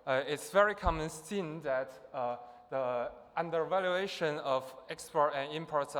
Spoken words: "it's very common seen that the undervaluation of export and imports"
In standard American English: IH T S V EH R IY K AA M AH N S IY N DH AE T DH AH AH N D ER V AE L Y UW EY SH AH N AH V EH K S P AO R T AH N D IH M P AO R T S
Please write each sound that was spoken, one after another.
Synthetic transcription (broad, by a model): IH T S V EH R IY K AA M AH N S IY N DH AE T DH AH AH N D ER V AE L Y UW EY SH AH N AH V EH K S P AO R T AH N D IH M P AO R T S